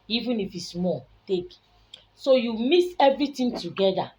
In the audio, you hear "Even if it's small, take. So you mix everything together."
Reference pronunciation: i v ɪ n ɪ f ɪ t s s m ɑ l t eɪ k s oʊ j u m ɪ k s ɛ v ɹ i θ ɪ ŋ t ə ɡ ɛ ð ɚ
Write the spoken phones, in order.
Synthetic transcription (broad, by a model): i v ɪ n ɪ f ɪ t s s m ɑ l t eɪ k s oʊ j u m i s ɛ v ɹ i t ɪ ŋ t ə ɡ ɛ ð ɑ